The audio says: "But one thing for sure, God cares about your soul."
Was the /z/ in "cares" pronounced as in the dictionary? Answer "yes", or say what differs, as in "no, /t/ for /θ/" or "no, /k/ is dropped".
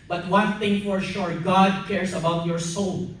no, /s/ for /z/